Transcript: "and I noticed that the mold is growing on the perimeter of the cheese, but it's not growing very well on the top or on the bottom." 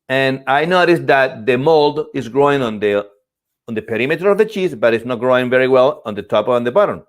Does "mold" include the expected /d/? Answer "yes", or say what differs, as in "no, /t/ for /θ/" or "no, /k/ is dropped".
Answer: yes